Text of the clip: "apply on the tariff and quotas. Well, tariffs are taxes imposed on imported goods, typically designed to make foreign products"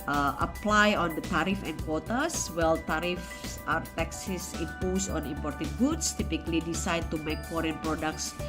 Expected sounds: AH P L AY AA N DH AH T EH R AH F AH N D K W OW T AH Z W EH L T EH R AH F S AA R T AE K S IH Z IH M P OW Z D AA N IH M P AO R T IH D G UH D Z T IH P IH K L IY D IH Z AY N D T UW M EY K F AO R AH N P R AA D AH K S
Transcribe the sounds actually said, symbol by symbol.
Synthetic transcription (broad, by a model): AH P L AY AA N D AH T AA R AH F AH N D K W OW T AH S W EH L T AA R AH F S AA R T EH K S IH S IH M P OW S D AA N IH M P AO R T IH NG G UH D S T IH P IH K L IY D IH S AY D T UW M EY K F AO R AH N P R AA D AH K S